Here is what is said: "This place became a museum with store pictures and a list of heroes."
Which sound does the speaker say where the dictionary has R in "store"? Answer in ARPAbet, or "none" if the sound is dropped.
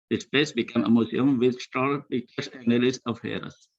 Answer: L